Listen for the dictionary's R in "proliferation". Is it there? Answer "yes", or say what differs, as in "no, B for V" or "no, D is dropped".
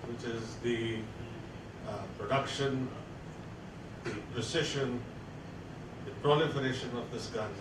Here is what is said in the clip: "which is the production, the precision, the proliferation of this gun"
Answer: yes